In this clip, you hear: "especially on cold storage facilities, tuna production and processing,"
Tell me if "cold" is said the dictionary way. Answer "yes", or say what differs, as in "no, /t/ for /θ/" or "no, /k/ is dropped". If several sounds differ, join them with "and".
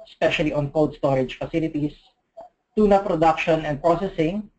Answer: no, /w/ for /l/